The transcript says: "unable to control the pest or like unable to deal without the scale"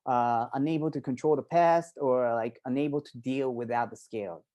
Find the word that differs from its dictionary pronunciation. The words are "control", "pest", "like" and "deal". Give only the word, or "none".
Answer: none